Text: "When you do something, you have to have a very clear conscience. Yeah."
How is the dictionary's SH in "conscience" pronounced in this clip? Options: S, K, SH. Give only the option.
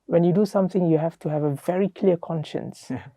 SH